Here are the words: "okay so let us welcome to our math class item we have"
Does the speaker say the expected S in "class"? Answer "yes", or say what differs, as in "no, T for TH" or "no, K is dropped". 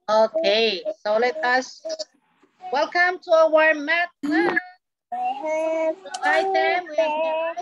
no, S is dropped